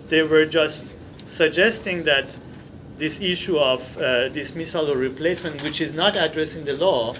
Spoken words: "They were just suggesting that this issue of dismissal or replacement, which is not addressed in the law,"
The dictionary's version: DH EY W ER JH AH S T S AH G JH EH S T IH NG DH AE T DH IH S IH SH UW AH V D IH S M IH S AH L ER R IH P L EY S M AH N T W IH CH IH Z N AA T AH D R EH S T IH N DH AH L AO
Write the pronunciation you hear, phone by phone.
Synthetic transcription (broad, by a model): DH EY W ER JH AH S T S AH G JH EH S T IH NG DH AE T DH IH S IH SH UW AH V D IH S M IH S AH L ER R IH P L EY S M AH N T W IH CH IH Z N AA T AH D R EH S IH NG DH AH L AO